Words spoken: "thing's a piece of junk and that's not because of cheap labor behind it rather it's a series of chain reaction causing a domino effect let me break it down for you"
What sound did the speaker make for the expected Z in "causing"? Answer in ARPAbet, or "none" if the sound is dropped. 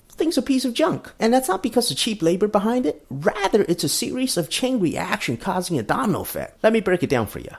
Z